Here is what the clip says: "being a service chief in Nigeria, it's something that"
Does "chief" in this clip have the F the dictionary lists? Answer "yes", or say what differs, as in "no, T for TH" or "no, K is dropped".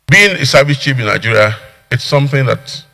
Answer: no, P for F